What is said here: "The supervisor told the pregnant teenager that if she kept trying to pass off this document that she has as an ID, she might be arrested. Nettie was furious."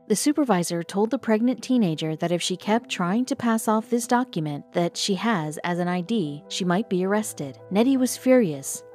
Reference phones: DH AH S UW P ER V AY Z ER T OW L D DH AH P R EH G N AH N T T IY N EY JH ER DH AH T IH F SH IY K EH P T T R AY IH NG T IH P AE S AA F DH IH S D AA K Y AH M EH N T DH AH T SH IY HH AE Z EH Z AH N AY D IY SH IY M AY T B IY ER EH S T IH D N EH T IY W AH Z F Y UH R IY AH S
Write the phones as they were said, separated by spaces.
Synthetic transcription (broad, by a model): DH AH S UW P ER V AY Z ER T OW L D DH AH P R EH G N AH N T T IY N EY JH ER DH AH T IH F SH IY K EH P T T R AY IH NG T IH P AE S AA F DH IH S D AA K Y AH M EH N DH AH T SH IY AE Z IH Z AH N AY D IY SH IY M AY T B IY ER EH S T IH D N EH T IY W AH Z F Y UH R IY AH S